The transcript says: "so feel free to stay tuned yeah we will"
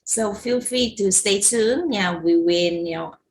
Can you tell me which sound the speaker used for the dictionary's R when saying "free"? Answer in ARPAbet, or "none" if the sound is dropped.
none